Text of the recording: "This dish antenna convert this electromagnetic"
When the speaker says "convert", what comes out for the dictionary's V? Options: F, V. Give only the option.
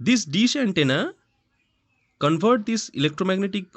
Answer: F